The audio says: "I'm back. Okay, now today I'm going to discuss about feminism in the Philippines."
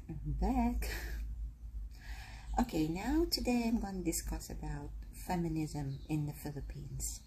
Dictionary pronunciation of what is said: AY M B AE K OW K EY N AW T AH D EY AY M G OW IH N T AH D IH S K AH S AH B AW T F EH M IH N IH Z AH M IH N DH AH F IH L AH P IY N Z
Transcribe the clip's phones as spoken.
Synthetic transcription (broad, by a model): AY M B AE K OW K EY N AW T AH D EY AY M G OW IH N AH D IH S K AH S AH B AW T F EH M IH N IH Z AH M IH N DH AH F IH L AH P IY N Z